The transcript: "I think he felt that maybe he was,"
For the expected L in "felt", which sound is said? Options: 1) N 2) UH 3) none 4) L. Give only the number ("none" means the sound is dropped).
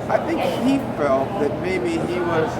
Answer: 4